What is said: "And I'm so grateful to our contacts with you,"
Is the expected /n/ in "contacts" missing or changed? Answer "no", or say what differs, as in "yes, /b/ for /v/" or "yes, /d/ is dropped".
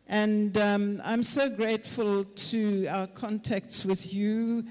no